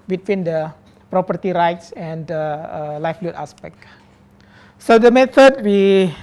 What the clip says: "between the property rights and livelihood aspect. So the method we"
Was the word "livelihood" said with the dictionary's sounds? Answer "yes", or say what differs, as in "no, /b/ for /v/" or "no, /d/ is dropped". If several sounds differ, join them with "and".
no, /f/ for /v/